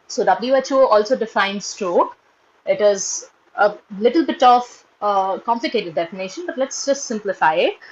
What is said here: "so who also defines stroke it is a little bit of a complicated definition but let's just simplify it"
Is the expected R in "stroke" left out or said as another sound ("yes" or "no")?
no